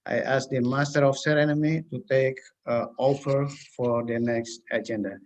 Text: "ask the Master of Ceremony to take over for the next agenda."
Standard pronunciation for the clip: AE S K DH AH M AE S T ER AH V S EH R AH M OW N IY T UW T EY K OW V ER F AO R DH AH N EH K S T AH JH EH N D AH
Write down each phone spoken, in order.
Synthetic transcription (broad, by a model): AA S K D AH M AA S T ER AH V S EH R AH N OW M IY T UW T EY K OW P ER F AO R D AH N EH K S T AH JH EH N D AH